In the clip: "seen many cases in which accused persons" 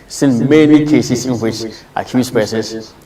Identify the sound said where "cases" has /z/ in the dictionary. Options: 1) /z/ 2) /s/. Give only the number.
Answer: 2